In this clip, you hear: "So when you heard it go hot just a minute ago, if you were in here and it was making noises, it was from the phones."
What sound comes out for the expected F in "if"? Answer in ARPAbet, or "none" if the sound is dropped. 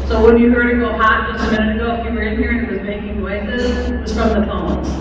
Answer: P